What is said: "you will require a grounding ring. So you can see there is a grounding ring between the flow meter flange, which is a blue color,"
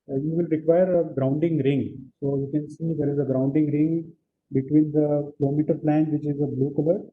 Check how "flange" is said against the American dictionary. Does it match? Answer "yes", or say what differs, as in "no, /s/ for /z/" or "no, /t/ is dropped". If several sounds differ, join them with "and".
no, /p/ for /f/